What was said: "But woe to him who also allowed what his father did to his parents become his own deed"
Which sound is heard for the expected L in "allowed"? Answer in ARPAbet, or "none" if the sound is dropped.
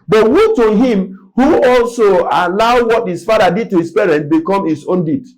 L